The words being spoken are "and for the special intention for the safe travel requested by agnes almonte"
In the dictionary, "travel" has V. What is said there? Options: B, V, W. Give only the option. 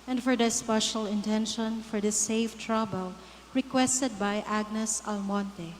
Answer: B